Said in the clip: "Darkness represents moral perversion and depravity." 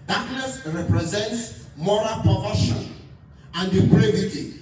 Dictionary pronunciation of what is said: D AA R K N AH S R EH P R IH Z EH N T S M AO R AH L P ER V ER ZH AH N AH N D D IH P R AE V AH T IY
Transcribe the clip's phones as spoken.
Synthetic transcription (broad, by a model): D AA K N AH S R EH P R IH Z EH N T S M AO R AH L P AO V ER SH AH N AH N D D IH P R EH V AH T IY